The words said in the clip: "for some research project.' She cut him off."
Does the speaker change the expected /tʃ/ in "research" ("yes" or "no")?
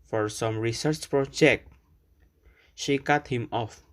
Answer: no